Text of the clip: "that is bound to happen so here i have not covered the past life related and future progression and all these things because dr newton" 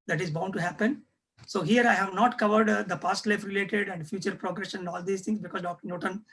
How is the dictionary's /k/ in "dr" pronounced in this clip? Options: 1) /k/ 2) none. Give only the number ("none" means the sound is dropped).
1